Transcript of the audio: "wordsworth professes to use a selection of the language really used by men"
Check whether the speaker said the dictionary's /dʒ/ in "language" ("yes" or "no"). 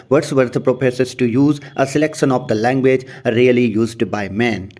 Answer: yes